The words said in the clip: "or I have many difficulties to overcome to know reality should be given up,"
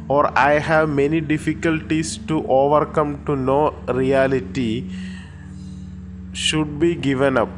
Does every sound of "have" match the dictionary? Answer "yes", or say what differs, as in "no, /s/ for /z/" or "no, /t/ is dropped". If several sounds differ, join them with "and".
yes